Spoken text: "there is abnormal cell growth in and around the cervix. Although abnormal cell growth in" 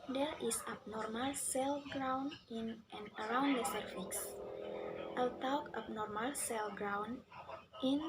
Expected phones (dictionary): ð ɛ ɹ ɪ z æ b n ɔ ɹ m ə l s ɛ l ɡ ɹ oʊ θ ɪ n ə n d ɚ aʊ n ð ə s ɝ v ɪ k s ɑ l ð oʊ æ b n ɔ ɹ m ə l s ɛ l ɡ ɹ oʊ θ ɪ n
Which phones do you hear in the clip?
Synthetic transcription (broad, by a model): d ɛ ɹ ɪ s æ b n ɔ ɹ m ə l s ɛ l ɡ ɹ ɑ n ɪ n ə n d ɚ aʊ n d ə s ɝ f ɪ k s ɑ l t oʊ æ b n ɔ ɹ m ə l s ɛ l ɡ ɹ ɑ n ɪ n